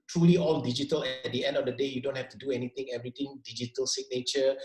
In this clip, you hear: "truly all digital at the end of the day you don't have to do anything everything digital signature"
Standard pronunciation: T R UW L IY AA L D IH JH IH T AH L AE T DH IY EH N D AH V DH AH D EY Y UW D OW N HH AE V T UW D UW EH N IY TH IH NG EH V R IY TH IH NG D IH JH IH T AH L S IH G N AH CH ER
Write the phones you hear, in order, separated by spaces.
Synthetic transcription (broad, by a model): T R UW L IY AA L D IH JH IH T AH L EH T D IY EH N D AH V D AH D EY Y UW D OW N HH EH F T UW D UW EH N IY T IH NG EH V R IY T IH NG D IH JH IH T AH L S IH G N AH CH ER